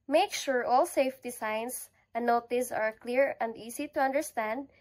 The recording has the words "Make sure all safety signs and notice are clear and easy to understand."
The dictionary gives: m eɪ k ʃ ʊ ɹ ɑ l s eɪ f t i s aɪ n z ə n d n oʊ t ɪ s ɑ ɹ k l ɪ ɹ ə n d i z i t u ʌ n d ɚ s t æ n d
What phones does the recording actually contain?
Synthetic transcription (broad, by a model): m eɪ k ʃ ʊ ɹ ɑ l s eɪ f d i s aɪ n s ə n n oʊ t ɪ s ɑ ɹ k l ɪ ɹ ə n d i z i t u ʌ n d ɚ s t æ n d